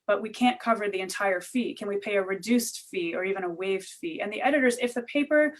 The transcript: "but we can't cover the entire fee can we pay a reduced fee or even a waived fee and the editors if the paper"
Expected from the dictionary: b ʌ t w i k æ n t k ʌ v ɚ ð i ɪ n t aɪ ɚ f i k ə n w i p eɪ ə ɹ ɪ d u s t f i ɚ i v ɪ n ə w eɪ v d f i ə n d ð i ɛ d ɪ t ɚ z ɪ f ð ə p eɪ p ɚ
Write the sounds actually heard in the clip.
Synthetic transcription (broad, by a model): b ʌ t w i k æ n k ʌ v ɚ ð i ɪ n t aɪ ɚ f i k ə n w i p eɪ ə ɹ ɪ d u s t f i ɚ i v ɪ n ə w eɪ v d f i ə n ð i ɛ d ɪ t ɚ z ɪ f ð ə p eɪ p ɚ